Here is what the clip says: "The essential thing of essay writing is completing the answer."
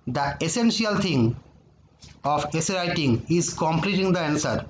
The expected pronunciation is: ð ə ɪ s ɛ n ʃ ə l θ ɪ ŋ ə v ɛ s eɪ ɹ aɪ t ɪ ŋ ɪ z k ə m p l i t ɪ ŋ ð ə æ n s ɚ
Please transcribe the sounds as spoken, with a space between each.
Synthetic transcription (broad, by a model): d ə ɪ s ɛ n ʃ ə l t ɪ ŋ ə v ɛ s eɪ ɹ aɪ t ɪ ŋ ɪ z k ə m p l i t ɪ ŋ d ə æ n s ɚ